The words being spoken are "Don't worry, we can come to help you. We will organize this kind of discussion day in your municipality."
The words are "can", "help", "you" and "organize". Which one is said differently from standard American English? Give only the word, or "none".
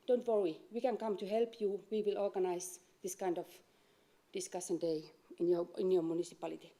organize